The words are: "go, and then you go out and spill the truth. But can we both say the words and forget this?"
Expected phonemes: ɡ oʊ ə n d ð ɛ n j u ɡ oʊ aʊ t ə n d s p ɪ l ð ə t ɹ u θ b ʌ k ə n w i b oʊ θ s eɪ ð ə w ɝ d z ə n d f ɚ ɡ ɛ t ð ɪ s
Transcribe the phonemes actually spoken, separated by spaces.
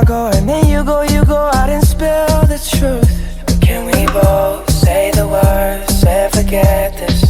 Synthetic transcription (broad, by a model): ɡ oʊ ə n ð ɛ n j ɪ ɡ oʊ aʊ t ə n s p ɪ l ð ə t ɹ u θ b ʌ k ə n w i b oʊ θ s eɪ ð ə w ɝ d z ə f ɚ ɡ ɛ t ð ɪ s